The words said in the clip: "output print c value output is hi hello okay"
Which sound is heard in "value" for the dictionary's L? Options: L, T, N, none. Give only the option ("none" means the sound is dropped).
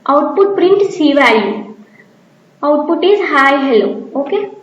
none